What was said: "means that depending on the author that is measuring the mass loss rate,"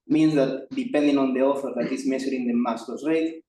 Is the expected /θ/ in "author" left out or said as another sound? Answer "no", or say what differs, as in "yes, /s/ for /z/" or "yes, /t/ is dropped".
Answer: yes, /f/ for /θ/